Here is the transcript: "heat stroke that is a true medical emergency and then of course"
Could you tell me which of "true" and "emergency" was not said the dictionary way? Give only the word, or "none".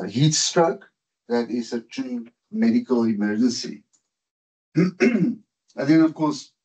true